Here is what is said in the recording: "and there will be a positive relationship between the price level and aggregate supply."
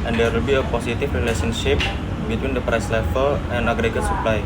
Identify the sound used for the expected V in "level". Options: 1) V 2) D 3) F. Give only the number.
3